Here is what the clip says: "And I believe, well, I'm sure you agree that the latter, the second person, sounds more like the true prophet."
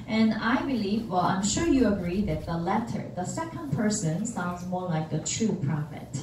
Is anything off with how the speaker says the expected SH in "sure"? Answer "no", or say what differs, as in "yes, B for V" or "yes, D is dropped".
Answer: no